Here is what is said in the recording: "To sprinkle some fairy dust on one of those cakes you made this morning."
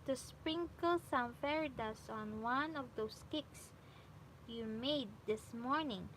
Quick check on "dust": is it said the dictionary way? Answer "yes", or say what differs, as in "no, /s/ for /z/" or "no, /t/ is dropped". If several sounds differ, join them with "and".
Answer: no, /t/ is dropped